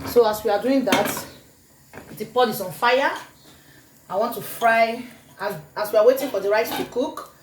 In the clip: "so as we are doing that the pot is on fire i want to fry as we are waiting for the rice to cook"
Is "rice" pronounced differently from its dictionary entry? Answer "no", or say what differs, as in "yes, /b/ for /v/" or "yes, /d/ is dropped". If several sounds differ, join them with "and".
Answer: yes, /s/ is dropped